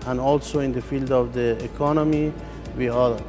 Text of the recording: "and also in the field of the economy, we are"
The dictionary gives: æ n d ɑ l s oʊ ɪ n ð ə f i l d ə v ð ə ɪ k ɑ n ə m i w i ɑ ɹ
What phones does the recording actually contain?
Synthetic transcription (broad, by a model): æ n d ɑ l s oʊ ɪ n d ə f i l d ə v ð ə ɪ k ɑ n ə m i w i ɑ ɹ